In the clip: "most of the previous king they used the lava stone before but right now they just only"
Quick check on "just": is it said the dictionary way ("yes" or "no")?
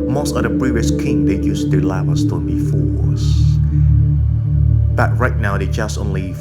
yes